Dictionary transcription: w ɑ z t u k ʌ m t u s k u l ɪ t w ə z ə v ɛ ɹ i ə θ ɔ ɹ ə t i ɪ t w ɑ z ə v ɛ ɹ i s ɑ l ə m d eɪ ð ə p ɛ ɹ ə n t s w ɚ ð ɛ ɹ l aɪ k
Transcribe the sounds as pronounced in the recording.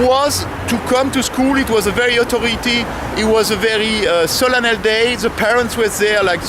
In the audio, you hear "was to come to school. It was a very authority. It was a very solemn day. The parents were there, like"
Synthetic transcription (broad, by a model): w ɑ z t u k ʌ m t u s k u l ɪ t w ə z ə v ɛ ɹ i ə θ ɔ ɹ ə t i ɪ t w ɑ z ə v ɛ ɹ i s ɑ l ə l d eɪ ð ə p ɛ ɹ ə n t s w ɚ ð ɛ ɹ l aɪ k